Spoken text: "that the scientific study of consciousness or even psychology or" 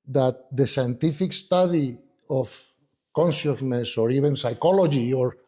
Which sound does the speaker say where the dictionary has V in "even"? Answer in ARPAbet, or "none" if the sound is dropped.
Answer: B